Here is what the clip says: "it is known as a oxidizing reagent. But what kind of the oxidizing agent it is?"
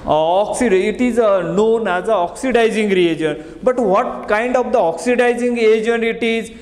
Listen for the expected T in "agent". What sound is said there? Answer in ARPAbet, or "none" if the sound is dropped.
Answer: none